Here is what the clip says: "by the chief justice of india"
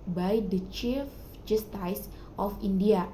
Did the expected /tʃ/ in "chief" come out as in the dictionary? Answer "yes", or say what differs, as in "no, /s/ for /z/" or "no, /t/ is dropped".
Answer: yes